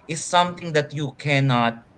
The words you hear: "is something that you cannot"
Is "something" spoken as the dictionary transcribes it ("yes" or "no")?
no